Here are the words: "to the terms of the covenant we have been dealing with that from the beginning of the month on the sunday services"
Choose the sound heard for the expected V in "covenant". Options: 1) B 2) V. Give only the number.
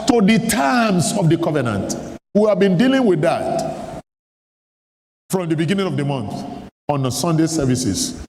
2